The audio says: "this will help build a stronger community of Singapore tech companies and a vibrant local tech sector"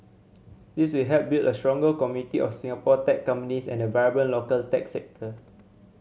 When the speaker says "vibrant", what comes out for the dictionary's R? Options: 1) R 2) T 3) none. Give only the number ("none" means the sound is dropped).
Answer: 3